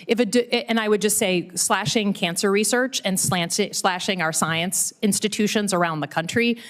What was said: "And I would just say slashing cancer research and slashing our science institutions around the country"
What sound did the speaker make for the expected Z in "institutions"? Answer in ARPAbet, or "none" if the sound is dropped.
Z